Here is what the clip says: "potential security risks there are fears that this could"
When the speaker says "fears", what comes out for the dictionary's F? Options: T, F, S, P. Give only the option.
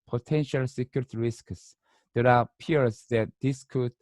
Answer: P